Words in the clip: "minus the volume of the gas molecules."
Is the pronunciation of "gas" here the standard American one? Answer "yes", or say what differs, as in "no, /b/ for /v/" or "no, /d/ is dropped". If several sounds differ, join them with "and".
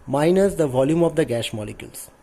no, /ʃ/ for /s/